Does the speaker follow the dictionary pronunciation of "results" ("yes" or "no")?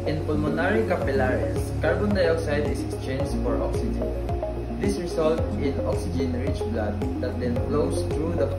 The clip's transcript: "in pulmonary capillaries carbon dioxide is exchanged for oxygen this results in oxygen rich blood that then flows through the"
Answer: no